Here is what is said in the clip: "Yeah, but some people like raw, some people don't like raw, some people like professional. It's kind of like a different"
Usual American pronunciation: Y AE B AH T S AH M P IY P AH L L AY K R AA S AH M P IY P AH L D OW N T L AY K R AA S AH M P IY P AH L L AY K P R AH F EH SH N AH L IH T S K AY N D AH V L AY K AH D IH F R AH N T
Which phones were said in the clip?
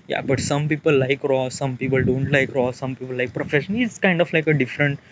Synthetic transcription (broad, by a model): Y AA B AH T S AH M P IY P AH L L AY K R AA S AH M P IY P AH L D OW N T L AY K R AA S AH M P IY P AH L L AY K P R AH F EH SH AH N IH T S K AY N D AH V L AY K AH D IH F R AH N T